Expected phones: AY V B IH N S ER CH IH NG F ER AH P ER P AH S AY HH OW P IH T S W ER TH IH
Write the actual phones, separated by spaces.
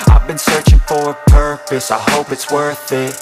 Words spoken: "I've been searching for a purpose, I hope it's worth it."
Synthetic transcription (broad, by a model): AY V B IH N S ER CH IH NG F ER AH P ER P AH S AY HH OW P IH T S W ER TH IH